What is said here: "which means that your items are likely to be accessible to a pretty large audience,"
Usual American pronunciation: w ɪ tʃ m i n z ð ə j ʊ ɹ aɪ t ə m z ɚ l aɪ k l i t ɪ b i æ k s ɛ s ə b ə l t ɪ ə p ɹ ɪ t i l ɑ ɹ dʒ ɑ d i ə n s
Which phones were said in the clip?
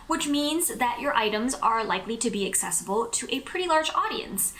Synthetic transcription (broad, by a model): w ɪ tʃ m i n z ð ə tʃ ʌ ɹ aɪ t ə m z ɚ l aɪ k l i t ɪ b i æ k s ɛ s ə b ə l t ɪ ə p ɹ ɪ t i l ɑ ɹ dʒ ɑ d i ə n s